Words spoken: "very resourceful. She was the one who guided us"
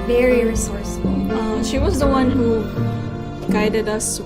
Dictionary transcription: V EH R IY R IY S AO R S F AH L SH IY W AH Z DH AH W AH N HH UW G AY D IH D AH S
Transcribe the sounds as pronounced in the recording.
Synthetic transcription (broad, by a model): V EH R IY R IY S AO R S AH L SH IY W AH Z DH AH W AH N HH UW G AY D IH D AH S